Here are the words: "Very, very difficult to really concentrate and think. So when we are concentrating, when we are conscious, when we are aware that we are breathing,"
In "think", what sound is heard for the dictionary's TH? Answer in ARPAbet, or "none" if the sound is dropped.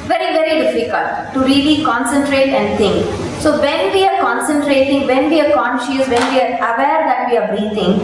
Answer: T